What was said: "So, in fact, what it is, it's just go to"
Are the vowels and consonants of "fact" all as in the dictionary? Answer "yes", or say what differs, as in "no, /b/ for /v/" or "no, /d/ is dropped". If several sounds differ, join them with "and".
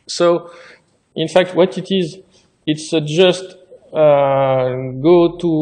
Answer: yes